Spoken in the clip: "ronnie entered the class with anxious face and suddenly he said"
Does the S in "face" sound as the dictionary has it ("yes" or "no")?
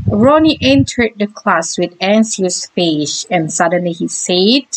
no